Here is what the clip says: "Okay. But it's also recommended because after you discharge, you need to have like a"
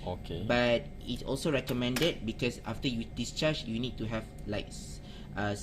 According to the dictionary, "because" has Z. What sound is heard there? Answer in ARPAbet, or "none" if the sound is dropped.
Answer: S